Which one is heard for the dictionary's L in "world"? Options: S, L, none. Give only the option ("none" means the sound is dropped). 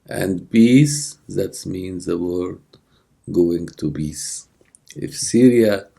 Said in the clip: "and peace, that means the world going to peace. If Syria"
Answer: none